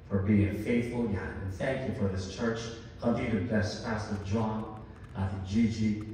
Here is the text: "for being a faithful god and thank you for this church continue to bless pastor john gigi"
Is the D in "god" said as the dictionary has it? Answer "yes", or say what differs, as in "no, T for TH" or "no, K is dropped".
no, D is dropped